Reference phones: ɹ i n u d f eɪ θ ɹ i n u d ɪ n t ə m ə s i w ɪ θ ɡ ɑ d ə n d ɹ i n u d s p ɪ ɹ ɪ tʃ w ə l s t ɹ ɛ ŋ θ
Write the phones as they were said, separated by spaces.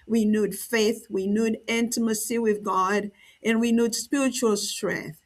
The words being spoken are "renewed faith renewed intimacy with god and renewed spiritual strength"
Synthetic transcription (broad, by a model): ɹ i n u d f eɪ θ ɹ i n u d ɪ n t ə m ə s i w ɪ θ ɡ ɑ d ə n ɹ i n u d s p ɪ ɹ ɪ tʃ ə l s t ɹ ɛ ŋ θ